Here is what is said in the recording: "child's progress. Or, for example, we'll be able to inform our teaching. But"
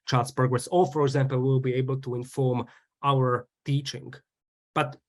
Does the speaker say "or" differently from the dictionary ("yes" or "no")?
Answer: yes